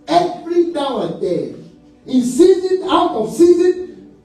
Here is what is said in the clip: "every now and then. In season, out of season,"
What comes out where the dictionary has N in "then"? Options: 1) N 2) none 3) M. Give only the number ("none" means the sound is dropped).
2